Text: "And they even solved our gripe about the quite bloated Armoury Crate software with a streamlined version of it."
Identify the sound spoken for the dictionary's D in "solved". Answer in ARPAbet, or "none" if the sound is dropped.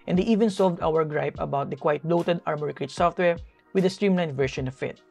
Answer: D